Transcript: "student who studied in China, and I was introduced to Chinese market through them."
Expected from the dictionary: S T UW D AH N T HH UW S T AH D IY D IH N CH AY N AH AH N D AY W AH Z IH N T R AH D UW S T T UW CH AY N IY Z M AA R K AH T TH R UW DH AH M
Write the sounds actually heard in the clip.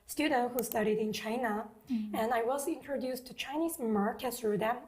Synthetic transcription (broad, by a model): S T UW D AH N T HH UW S T AH D IY D IH N CH AY N AH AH N AY W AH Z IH N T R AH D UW S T T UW CH AY N IY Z M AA R K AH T S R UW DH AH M